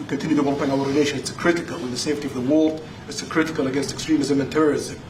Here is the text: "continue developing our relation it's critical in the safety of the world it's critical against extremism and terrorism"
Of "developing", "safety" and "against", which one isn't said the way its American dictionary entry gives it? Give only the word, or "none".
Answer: developing